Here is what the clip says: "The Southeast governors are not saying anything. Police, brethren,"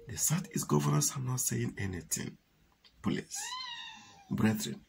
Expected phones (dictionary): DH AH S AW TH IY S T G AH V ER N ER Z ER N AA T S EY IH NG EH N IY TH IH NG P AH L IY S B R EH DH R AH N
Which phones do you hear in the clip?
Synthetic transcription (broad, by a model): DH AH S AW T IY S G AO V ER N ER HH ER N AA T S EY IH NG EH N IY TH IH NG P AH L IY S B R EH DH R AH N